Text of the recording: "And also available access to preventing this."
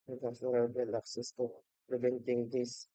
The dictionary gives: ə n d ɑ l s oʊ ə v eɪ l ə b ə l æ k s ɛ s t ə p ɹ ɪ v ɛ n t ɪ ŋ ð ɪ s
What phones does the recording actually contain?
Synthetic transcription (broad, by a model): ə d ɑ s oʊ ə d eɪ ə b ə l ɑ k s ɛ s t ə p ɹ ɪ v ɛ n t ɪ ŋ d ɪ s